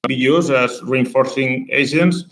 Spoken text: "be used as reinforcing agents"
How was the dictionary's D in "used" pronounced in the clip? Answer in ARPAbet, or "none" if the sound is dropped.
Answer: none